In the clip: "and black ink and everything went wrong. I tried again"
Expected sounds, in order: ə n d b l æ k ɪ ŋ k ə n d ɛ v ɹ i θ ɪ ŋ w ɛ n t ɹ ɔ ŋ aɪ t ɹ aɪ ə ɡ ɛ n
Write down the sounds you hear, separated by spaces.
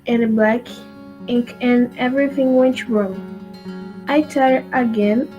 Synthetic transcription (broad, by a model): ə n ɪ b l æ k ɪ ŋ k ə n ɛ v ɹ i θ ɪ ŋ w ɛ n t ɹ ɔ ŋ aɪ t aɪ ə ɡ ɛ n